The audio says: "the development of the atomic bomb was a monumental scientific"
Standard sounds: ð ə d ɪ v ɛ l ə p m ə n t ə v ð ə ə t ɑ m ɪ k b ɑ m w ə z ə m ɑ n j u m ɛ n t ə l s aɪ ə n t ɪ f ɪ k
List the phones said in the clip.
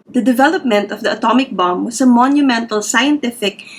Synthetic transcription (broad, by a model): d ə d ɪ v ɛ l ə p m ə n t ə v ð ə ə t ɑ m ɪ k b ɑ m w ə s ə m ɑ n j u m ɛ n t ə l s aɪ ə n t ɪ f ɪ k